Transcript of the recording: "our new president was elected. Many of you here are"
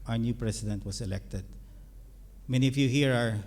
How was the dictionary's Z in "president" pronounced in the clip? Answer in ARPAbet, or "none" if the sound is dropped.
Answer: S